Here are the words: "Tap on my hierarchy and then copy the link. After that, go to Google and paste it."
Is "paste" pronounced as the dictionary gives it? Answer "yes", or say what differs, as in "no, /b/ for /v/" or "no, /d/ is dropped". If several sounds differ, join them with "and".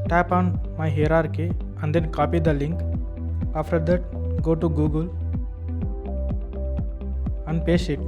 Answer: no, /t/ is dropped